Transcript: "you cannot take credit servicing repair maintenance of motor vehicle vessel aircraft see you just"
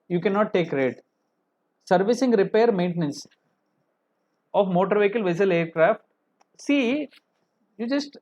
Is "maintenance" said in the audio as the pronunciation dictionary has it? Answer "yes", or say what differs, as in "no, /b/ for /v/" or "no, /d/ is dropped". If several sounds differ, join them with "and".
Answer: yes